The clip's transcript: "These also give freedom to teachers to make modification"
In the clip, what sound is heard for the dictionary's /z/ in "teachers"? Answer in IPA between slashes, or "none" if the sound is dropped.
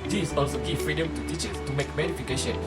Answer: /s/